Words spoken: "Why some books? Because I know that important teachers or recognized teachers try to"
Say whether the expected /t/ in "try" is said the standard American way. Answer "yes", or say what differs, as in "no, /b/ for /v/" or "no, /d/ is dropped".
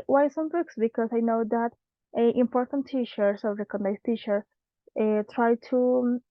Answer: yes